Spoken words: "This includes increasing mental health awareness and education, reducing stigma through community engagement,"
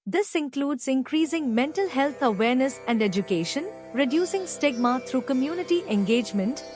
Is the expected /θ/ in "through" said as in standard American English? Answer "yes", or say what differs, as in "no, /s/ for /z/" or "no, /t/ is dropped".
no, /t/ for /θ/